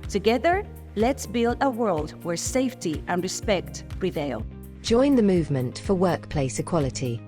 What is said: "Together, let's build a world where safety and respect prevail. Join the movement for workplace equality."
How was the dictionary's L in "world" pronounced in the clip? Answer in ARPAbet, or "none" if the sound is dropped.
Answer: L